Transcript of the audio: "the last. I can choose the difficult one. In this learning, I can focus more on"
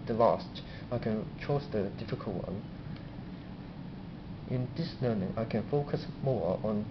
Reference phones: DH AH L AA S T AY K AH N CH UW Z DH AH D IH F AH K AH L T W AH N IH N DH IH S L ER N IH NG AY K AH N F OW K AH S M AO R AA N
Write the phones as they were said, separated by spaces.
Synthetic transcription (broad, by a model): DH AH L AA S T AY K AH N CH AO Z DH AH D IH F AH K AH L T W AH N IH N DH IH S L ER N IH NG AY K AH N F OW K AH S M AO R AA N